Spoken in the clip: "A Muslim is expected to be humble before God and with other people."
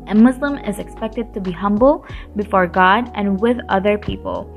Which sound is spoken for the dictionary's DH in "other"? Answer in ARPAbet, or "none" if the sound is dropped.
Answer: DH